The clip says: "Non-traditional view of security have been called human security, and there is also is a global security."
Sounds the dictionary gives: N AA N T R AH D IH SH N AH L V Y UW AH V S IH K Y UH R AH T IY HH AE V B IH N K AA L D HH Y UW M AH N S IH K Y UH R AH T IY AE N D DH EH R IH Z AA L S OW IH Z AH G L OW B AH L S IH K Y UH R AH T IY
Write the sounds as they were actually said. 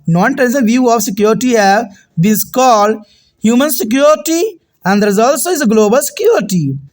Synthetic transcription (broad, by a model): N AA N T AH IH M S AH V Y UW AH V S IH K Y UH R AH T IY HH AE V B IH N K AA L D HH Y UW M AH N S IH K Y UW R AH T IY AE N D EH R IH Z AA L S OW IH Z AH G L OW B AH L S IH K Y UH R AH T IY